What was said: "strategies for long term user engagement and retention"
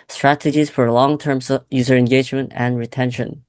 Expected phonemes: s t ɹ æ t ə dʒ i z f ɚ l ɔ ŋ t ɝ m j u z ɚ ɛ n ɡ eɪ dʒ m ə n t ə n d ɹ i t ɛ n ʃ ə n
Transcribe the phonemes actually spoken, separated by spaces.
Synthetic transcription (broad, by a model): s t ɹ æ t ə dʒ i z f ɚ l ɔ ŋ t ɝ m j u z ɚ ɛ n ɡ eɪ dʒ m ə n t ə n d ɹ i t ɛ n ʃ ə n